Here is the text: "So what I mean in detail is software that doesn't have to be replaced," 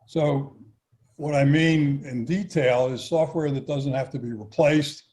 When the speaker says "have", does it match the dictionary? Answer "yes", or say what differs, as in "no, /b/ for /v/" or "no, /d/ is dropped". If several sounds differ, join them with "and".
no, /f/ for /v/